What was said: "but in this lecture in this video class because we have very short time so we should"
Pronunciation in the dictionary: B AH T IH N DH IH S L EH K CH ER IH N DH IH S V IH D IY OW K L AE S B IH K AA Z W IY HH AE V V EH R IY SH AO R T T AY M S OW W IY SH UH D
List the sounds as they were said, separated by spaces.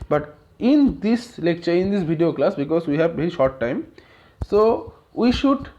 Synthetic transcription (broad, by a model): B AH T IH N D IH S L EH K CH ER IH N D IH S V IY D IY OW K L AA S B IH K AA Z W IY HH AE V B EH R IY SH AO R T T AY M S OW W IY SH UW D